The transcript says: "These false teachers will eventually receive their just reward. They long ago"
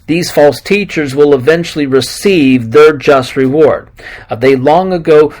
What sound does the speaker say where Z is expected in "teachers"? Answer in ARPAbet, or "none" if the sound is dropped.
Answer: Z